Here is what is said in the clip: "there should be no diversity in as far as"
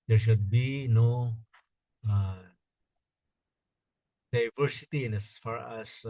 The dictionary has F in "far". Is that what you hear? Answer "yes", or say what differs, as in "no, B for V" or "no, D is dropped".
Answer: yes